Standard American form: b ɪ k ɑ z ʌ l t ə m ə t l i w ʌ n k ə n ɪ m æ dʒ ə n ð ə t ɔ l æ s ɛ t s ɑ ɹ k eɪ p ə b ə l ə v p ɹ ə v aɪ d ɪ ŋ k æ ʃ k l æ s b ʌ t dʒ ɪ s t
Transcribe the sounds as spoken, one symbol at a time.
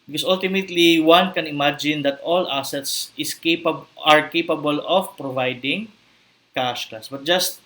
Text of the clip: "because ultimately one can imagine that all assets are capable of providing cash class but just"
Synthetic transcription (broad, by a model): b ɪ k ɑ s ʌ l t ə m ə t l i w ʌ n k ə n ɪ m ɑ dʒ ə n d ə t ɔ l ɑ s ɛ t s ɑ ɹ k eɪ p ə b ə l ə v p ɹ ə v aɪ d ɪ ŋ k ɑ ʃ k ɑ s b ʌ t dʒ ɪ s t